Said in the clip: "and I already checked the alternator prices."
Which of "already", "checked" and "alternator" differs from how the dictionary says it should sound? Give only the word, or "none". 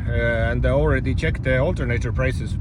none